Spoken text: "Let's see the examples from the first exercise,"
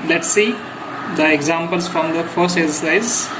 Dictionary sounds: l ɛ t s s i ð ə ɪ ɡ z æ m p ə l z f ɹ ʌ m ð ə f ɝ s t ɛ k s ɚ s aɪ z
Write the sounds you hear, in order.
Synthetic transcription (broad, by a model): l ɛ t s s i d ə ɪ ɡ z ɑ m p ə l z f ɹ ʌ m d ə f ɝ s t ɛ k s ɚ s aɪ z